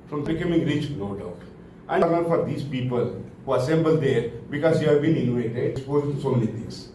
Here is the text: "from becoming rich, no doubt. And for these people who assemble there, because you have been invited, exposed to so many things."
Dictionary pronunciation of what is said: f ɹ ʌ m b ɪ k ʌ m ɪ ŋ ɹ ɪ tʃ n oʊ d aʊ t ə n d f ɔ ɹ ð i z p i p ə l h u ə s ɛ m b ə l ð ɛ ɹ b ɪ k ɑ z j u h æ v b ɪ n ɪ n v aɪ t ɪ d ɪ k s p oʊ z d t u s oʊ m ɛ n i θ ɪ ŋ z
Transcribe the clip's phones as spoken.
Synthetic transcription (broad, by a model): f ɹ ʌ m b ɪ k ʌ m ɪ ŋ ɹ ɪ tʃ n oʊ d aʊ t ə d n f ɔ ɹ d i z p i p ə l h u ə s ɛ m b ə l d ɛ ɹ b ɪ k ɑ z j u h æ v b ɪ n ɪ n u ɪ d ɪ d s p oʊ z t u s oʊ m ɛ n i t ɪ ŋ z